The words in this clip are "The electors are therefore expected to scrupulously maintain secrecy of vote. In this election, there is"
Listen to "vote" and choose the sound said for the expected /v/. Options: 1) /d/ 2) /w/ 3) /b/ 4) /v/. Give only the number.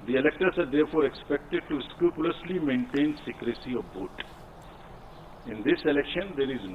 3